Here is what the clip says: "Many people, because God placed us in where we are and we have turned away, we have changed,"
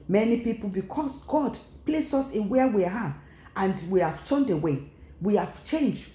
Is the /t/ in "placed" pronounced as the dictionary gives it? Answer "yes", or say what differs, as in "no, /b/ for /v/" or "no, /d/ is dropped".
no, /t/ is dropped